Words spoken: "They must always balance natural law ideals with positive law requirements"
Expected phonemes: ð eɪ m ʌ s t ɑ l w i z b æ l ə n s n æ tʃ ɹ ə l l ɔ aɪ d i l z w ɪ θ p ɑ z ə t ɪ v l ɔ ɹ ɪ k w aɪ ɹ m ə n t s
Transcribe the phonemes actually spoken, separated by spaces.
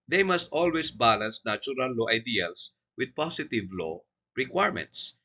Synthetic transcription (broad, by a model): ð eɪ m ʌ s t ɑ l w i s b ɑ l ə n s n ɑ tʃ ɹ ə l l ɔ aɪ d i l s w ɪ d p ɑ s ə t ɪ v l ɔ ɹ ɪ k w aɪ ɹ m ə n t s